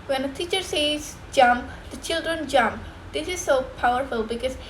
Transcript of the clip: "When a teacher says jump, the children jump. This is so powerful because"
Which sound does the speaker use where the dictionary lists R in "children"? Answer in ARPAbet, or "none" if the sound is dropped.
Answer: R